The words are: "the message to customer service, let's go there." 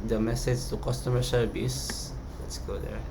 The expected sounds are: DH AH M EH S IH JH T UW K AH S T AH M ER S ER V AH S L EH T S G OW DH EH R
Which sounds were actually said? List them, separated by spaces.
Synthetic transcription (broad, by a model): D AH M EH S IH JH T UW K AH S T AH M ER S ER B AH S L EH T S G OW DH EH R